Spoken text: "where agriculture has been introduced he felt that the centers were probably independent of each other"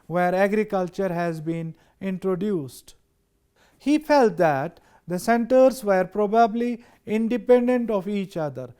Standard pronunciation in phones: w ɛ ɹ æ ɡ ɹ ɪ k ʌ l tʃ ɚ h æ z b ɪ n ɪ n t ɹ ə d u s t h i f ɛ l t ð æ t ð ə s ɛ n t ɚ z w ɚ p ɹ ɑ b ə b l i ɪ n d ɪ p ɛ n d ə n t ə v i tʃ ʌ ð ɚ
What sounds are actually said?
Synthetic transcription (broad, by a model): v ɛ ɹ æ ɡ ɹ ɪ k ʌ l tʃ ɚ h æ z b ɪ n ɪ n t ɹ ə d u s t h i f ɛ l t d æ t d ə s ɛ n t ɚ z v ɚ p ɹ ɑ b ə b l i ɪ n d ɪ p ɛ n d ə n t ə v i tʃ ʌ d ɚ